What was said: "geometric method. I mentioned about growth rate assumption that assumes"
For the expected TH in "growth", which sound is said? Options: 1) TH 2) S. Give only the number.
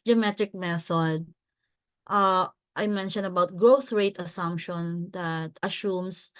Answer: 1